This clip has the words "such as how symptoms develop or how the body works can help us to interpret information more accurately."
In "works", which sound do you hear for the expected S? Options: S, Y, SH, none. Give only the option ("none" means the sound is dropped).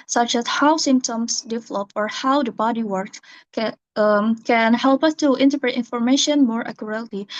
none